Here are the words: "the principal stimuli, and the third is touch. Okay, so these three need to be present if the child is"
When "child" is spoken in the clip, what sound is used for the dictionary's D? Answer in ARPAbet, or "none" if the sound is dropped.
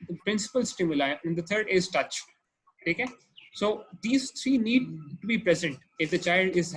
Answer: D